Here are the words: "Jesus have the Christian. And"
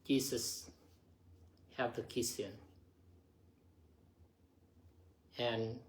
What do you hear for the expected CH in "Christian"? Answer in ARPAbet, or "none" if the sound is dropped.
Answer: none